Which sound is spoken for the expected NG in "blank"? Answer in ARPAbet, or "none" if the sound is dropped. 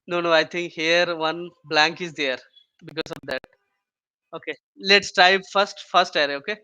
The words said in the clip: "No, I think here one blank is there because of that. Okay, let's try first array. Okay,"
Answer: NG